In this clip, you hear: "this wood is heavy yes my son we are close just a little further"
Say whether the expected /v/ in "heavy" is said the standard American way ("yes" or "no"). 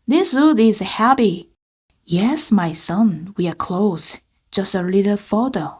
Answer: no